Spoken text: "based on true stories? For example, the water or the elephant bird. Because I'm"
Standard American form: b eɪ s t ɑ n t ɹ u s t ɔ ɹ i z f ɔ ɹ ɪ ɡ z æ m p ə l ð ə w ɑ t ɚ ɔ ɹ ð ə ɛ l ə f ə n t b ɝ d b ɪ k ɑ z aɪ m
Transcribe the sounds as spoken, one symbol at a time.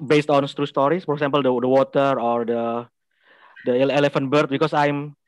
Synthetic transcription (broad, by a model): b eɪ s t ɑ n t ɹ u s t ɔ ɹ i s f ɔ ɹ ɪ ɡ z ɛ m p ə l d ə w ɑ t ɚ ɔ ɹ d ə ɛ l ə f ə n t b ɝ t b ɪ k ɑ s aɪ m